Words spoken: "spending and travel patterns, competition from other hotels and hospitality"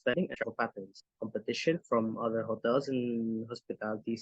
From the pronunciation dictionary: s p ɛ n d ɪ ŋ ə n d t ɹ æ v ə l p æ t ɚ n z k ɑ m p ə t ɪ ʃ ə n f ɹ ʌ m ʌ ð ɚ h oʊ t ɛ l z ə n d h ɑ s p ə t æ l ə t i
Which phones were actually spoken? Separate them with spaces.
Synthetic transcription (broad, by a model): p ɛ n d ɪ ŋ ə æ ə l p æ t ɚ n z k ɑ m p ə t ɪ ʃ ə n f ɹ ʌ m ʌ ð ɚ h oʊ t ɛ l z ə n h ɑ s p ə t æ l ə t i